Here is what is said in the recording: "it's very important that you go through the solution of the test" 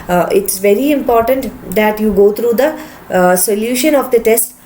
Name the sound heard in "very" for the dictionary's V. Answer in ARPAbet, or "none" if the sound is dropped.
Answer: V